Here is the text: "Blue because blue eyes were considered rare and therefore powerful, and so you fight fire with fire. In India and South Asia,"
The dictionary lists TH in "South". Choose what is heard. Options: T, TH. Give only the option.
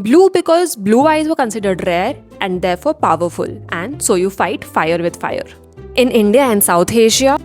T